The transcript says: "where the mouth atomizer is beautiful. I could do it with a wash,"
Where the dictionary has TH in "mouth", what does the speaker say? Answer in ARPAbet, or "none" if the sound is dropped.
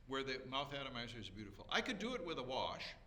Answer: TH